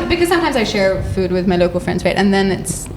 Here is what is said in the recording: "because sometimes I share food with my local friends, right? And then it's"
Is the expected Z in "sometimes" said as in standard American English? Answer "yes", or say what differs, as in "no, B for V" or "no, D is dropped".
yes